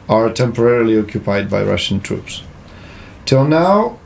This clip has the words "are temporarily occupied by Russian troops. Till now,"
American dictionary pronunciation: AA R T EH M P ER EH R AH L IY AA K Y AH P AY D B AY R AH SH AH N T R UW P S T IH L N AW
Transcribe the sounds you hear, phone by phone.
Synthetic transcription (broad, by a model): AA R T EH M P ER EH R AH L IY AA K Y AH P AY D B AY R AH SH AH N T R UW P S T IH L N AW